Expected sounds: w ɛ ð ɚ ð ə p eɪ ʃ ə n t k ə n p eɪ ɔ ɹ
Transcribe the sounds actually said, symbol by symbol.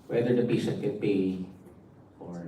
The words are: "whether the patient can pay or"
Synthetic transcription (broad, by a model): w ɛ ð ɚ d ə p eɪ s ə t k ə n p eɪ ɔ ɹ